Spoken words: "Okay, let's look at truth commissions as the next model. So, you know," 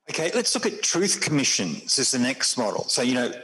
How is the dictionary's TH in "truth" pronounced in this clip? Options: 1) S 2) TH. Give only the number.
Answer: 2